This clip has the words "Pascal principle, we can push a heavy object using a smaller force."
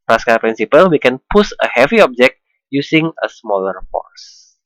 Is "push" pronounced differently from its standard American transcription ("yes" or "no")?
yes